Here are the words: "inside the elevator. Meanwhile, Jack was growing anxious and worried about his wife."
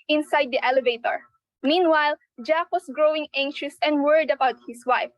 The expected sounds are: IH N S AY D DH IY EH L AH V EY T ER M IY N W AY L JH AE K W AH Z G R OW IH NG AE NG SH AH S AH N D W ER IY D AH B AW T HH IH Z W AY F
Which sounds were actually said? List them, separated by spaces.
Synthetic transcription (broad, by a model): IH N S AY D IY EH L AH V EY T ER M IY N W AY L JH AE K W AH S G R OW IH NG AE NG SH AH S AH N D W ER IY D AH B AW T HH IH S W AY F